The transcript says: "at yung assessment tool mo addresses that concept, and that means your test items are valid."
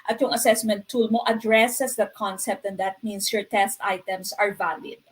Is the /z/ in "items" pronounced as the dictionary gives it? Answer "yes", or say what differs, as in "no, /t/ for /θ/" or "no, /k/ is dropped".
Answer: no, /s/ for /z/